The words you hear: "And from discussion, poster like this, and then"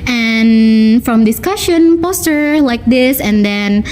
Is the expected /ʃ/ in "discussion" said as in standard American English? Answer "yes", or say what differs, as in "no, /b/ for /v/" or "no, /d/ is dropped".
yes